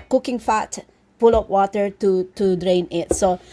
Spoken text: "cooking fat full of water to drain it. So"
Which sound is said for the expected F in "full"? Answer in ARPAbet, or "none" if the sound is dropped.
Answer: P